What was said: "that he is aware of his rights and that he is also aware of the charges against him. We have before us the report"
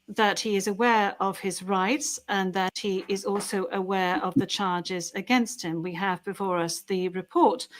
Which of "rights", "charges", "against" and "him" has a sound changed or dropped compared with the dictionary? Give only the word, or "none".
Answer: none